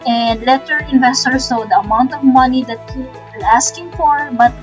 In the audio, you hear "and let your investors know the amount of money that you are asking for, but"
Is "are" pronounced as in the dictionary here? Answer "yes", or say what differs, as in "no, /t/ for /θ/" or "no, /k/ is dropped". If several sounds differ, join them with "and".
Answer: no, /l/ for /ɹ/